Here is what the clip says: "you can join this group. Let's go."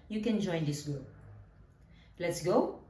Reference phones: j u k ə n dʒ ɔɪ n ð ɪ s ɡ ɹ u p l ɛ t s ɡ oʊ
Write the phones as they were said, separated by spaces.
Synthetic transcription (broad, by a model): j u k ə n dʒ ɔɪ n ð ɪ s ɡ u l l ɛ t s ɡ oʊ